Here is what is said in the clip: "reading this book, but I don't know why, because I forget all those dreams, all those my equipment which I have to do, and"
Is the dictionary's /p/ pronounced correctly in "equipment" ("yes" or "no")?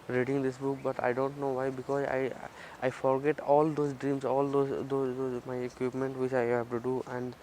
yes